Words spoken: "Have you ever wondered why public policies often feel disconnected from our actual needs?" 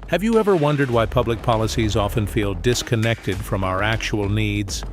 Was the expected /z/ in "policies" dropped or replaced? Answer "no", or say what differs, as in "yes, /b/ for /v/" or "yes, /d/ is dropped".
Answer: no